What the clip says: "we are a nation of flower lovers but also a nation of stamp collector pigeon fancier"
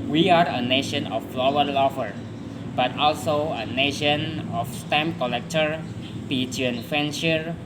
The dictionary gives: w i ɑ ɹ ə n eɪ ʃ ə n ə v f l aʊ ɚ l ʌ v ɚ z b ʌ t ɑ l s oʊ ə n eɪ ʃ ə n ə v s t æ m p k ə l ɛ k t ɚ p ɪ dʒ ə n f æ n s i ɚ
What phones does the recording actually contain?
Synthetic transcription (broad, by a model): w i ɑ ɹ ə n eɪ ʃ ə n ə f l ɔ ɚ l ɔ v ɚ b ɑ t ɑ l s oʊ ə n eɪ ʃ ə n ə f s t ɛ m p k ə l ɛ k t ɚ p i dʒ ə n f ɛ n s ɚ